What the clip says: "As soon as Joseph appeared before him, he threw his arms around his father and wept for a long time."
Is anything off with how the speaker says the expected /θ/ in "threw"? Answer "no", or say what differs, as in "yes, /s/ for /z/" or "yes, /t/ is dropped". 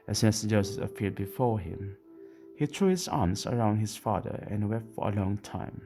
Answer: yes, /t/ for /θ/